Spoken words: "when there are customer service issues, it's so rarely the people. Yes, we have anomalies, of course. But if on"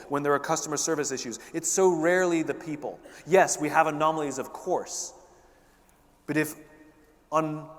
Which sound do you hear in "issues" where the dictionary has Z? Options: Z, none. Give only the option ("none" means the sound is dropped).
Z